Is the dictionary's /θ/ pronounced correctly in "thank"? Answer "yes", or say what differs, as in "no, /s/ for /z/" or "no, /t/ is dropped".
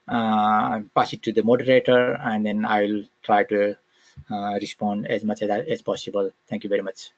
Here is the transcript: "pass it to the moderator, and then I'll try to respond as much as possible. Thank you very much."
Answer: no, /t/ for /θ/